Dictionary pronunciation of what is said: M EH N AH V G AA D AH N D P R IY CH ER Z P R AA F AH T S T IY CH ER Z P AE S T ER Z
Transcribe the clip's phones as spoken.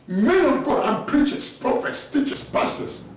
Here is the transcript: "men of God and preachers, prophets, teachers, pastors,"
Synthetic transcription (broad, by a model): M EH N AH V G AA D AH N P R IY CH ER S P R AA F AH T S T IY CH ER S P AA S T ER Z